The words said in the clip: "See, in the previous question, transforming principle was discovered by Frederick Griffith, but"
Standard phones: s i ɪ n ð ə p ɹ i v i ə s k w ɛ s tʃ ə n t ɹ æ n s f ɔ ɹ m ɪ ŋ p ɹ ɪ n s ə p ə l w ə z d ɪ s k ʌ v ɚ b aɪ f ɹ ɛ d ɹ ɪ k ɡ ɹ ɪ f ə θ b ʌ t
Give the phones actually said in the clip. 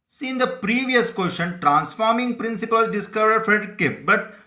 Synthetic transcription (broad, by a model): s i ɪ n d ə p ɹ i v i ə s k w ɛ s ʃ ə n t ɹ æ n s f ɔ ɹ m ɪ ŋ p ɹ ɪ n s ə p ə l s d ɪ s k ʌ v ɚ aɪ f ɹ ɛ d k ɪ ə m b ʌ t